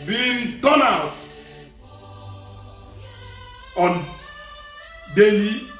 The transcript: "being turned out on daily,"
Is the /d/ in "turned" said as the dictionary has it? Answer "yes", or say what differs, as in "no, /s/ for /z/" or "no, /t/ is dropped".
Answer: no, /d/ is dropped